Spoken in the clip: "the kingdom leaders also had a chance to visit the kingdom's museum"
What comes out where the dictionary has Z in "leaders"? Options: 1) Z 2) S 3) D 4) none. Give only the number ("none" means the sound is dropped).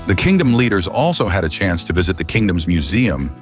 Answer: 1